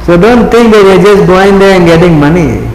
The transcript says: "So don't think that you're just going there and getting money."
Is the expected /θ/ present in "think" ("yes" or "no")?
no